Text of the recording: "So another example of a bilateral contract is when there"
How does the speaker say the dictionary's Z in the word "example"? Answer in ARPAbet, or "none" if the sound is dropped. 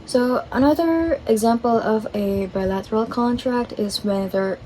Z